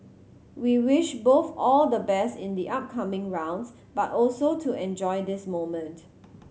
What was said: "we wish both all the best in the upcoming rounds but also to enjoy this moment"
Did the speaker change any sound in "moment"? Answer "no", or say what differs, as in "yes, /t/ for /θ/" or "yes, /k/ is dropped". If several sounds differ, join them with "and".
no